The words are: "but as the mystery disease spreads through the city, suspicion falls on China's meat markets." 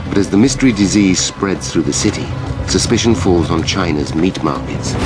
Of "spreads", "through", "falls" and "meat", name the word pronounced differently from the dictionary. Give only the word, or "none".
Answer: none